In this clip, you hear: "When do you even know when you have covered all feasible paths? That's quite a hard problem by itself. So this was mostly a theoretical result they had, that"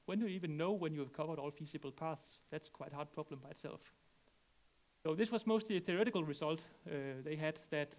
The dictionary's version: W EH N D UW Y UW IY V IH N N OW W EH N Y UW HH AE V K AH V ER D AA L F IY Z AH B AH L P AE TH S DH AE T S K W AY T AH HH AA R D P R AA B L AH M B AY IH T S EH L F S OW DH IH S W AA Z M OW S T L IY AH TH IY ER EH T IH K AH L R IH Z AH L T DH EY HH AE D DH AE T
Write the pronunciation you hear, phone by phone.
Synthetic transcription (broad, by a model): W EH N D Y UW IY V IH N N OW W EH N Y UW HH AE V K AH V ER D AA L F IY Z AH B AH L P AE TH S DH AE T S K W AY T HH AA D P R AA B L AH M B AY IH T S EH L F S OW DH IH S W AA Z M OW S T L IY AH TH IY ER EH T IH K AH L R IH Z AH L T DH EY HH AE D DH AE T